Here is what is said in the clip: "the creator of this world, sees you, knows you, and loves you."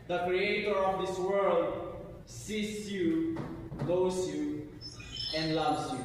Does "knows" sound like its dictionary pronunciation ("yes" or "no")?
no